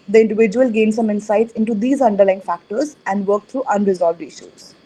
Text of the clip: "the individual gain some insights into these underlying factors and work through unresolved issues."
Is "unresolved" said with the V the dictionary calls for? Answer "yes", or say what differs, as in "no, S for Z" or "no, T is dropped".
yes